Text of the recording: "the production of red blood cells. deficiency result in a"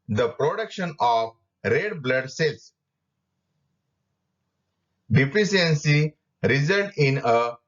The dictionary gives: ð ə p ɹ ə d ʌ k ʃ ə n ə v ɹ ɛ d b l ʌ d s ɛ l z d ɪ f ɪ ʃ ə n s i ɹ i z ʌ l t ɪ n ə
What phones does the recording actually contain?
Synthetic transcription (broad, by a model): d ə p ɹ ə d ʌ k ʃ ə n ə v ɹ ɛ d b l ʌ d s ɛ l s d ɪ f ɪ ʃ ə n s i ɹ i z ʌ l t ɪ n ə